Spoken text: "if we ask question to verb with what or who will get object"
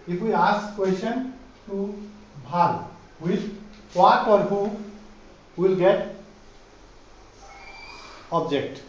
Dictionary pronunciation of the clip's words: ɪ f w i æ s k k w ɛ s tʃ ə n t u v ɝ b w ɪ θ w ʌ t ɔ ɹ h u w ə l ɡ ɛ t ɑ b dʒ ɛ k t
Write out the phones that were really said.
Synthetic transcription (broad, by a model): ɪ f w i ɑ s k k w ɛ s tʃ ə n t u b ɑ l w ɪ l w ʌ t ɔ ɹ h u w ə l ɡ ɛ t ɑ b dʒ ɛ k t